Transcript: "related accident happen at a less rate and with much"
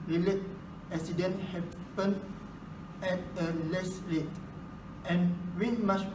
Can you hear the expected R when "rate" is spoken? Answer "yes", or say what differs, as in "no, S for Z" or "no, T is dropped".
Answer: no, L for R